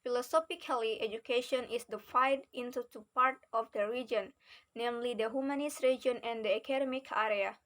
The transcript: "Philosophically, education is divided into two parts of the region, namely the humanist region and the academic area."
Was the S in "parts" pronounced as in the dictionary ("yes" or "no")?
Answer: no